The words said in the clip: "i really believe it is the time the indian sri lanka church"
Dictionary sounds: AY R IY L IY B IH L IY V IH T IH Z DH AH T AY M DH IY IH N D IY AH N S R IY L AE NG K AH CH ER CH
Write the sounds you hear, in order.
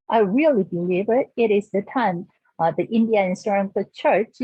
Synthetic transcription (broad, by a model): AY R IY L IY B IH L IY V IH T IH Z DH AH T AY M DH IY IH N D IY AH N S AH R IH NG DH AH CH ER CH